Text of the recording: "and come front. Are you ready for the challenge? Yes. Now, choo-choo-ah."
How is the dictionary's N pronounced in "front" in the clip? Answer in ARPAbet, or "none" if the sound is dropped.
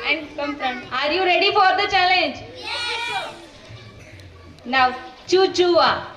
none